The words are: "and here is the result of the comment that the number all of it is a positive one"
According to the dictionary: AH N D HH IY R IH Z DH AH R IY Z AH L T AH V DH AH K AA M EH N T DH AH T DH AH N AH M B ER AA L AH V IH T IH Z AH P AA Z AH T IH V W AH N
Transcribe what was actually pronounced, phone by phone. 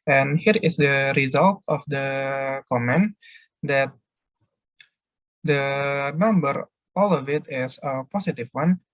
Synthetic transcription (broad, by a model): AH N HH IY R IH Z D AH R IY Z AH L T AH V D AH K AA M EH N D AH T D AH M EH M B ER AA L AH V IH T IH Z AH P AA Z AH T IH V W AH N